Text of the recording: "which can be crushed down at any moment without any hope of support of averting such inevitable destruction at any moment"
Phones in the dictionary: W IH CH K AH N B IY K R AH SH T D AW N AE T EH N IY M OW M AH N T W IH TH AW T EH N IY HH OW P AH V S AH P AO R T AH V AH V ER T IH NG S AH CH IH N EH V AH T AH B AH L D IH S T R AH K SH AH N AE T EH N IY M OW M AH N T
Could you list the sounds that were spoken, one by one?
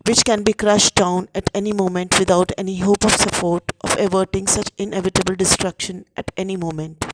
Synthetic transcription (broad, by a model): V IH CH K AH N B IY K R AH SH T D AW N AE T EH N IY M OW M AH N T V IH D AW T EH N IY HH OW P AH V S AH P AO R T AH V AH V ER T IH NG S AH CH IH N EH V AH T AH B AH L D IH S T R AH K SH AH N AE T EH N IY M OW M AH N T